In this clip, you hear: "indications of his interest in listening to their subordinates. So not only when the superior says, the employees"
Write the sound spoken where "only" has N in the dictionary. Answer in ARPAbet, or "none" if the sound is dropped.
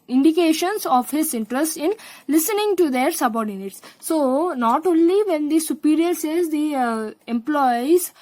N